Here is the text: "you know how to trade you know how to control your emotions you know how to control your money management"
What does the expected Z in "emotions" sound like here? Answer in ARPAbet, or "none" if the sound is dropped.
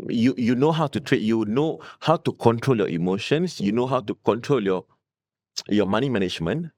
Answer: S